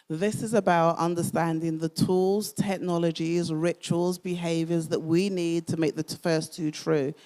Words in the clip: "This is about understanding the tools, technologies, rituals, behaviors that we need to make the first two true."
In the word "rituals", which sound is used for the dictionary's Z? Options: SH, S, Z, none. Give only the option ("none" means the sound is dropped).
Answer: Z